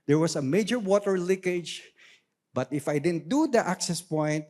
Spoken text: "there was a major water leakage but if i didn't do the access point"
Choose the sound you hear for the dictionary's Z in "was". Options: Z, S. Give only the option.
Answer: S